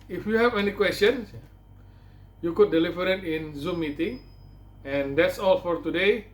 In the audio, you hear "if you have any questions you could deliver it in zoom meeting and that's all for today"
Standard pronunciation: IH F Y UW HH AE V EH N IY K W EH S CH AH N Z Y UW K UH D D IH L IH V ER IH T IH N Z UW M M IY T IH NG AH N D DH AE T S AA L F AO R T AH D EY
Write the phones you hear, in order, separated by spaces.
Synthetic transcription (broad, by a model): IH F Y UW HH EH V EH N IY K W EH S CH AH N S Y UW K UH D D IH L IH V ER IH T IH N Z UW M M IY T IH NG AH N D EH T S AA L F AO R T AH D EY